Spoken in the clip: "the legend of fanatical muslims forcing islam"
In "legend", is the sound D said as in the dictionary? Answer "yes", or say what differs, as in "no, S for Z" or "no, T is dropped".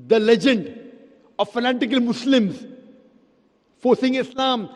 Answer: yes